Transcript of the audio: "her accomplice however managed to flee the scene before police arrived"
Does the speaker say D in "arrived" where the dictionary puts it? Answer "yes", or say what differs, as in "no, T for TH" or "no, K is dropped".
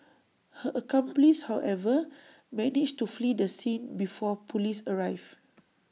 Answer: no, D is dropped